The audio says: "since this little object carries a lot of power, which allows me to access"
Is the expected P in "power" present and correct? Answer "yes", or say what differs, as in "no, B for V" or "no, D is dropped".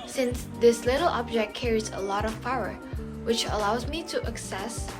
no, F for P